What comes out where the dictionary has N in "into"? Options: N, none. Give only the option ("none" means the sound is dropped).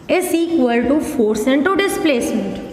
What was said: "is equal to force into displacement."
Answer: N